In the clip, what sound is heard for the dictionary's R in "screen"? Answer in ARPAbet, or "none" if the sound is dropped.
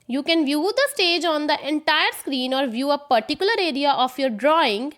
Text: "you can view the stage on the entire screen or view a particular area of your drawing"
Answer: R